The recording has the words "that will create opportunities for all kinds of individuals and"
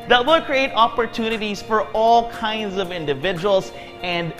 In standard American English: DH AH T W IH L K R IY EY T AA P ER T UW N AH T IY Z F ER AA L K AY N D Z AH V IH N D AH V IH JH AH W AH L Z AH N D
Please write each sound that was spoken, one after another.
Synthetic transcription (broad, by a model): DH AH T W IH L K R IY EY T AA P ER T UW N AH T IY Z F ER AA L K AY N D Z AH V IH N D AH V IH JH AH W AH L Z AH N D